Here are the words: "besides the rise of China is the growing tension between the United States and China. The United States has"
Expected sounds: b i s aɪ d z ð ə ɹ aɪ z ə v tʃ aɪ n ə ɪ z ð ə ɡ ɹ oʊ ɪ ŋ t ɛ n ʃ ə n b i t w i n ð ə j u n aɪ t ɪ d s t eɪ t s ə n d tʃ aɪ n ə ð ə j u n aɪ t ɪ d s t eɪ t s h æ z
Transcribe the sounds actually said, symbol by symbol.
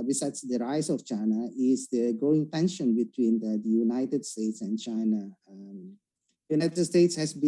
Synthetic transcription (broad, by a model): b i s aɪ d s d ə ɹ aɪ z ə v tʃ aɪ n ə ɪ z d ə ɡ oʊ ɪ ŋ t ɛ n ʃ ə n b i t w i n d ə j u n aɪ t ɪ d s t eɪ t s ə n d tʃ aɪ n ə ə j u n aɪ t ɪ d s t eɪ t s h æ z